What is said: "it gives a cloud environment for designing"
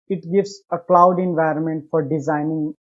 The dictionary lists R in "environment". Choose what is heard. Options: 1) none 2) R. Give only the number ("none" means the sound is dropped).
2